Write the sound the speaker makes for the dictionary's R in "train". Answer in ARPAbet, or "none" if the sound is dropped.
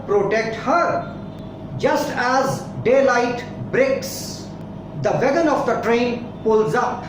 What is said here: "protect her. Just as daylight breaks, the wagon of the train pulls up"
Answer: R